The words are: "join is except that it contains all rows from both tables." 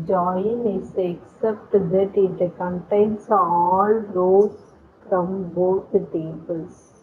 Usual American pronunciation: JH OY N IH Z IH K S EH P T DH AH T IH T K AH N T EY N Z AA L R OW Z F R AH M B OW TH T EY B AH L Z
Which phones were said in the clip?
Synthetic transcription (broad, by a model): JH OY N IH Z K S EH P T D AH T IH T K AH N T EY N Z AA L R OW F R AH M B OW T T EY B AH L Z